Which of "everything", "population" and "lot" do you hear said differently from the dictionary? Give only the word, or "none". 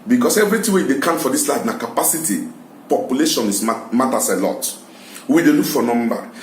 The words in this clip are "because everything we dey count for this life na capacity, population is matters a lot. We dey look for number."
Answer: everything